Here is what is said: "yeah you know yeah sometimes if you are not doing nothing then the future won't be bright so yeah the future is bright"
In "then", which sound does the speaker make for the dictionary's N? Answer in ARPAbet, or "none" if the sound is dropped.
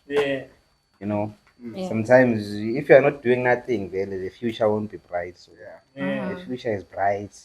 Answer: L